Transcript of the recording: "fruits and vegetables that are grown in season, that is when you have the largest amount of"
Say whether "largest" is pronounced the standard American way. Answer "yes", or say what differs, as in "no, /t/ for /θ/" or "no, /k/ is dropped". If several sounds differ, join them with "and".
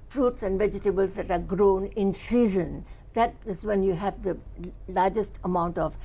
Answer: yes